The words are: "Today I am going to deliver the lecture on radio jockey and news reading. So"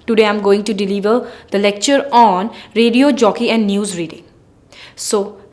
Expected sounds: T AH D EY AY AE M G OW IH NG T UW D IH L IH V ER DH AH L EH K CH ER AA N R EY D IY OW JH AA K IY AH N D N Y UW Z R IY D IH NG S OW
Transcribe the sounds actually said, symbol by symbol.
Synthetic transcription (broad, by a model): T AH D EY AY M G OW IH NG T UW D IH L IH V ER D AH L EH K CH ER AA N R EY D IY OW JH AA K IY AH N D N Y UW Z R IY D IH NG S OW